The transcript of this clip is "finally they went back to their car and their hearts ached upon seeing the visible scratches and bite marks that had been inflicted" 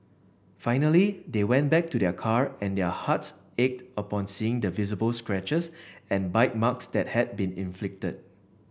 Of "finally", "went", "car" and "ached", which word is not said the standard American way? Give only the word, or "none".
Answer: none